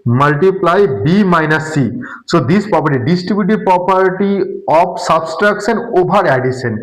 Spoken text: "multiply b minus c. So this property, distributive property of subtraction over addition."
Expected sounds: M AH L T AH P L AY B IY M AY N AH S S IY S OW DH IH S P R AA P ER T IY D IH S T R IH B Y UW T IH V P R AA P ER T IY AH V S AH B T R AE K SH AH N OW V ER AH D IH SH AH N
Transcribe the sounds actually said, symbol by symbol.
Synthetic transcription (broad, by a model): M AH L T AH P L AY B IY M AY N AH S S IY S OW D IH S P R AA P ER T IY D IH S T R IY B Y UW T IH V P R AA P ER T IY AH P S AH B T R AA K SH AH N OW B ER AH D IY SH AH N